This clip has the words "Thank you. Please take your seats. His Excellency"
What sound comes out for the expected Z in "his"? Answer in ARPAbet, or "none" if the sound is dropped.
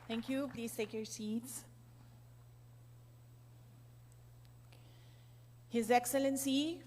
Z